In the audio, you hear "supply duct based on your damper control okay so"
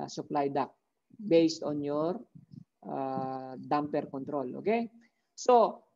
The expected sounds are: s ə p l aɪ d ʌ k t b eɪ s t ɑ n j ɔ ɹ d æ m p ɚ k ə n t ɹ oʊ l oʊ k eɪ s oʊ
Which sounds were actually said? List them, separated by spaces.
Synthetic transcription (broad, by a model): s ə p l aɪ d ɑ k b eɪ s t ɑ n j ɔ ɹ d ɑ m p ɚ k ə n t ɹ oʊ l oʊ k eɪ s oʊ